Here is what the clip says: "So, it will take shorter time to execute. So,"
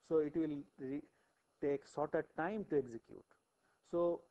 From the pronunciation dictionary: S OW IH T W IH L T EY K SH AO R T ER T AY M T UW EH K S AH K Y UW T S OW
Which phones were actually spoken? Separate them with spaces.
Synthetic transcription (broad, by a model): S OW IH T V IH L T EY K S AO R T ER T AY M T UW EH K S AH K Y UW T S OW